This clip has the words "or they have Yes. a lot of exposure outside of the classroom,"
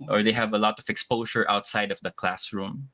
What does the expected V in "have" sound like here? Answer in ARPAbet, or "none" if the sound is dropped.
V